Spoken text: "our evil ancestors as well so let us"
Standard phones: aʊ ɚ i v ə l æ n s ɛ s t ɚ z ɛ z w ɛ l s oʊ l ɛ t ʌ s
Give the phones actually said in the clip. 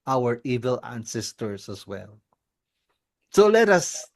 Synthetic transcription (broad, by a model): aʊ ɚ i v ə l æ n s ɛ s t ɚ s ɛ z w ɛ l s oʊ l ɛ t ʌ s